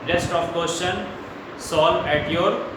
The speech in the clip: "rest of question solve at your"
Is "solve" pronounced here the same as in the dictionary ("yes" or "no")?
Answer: no